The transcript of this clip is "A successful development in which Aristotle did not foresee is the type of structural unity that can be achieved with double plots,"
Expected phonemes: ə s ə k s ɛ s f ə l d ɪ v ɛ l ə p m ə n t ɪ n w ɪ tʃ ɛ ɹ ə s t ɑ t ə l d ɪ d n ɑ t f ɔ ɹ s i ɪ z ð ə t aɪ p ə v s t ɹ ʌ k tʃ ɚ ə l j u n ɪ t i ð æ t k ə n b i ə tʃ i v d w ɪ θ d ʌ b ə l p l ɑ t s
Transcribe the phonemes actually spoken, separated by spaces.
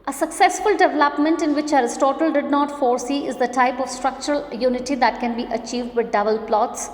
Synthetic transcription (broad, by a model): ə s ə k s ɛ s f ə l d ɪ v ɛ l ə p m ə n t ɪ n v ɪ tʃ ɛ ɹ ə s t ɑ t ə l d ɪ d n ɑ t f ɔ ɹ s i ɪ z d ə t aɪ p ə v s t ɹ ʌ k tʃ ɚ ə l j u n ɪ t i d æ t k ə n b i ə tʃ i v d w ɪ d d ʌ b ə l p l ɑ t s